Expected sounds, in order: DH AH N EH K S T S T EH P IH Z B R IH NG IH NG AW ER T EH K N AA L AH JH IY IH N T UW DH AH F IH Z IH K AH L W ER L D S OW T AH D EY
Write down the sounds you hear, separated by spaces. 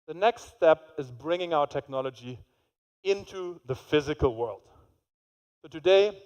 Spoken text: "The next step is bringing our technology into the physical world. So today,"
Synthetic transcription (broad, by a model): DH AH N EH K S T S T EH P IH Z B R IH NG IH NG AW ER T EH K N AA L AH JH IY IH N T UW DH AH F IH Z IH K AH L W ER L D S OW T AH D EY